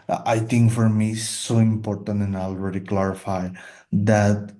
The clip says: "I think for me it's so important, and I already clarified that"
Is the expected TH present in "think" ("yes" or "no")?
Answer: no